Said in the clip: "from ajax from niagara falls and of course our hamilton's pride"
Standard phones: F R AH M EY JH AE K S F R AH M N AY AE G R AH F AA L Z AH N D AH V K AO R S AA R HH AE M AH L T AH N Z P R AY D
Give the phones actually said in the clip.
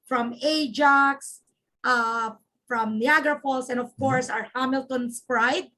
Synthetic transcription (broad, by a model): F R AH M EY JH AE K S F R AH M N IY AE G R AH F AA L S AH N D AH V K AO R S AA R HH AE M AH L T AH N S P R AY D